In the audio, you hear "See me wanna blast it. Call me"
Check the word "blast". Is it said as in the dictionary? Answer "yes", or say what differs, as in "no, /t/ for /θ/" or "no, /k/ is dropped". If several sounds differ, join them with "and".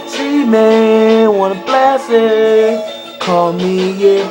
no, /t/ is dropped